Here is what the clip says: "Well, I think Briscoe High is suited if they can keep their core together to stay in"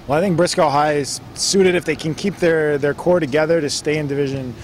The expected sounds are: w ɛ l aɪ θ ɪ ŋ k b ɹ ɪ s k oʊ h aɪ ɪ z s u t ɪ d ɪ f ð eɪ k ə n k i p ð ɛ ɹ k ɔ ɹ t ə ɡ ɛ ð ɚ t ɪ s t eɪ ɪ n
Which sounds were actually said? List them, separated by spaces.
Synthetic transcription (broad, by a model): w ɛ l aɪ θ ɪ ŋ k b ɹ ɪ s k oʊ h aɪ ɪ z s u t ɪ d ɪ f ð eɪ k ə n k i p ð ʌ ɹ k ɔ ɹ t ə ɡ ɛ ð ɚ t ɪ s t eɪ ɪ n